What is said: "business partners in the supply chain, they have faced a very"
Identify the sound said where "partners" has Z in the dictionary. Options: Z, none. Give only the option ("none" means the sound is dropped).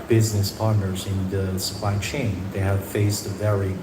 Z